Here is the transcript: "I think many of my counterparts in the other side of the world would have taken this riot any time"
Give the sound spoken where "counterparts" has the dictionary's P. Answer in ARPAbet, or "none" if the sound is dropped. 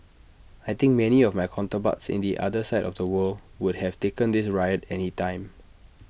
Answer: B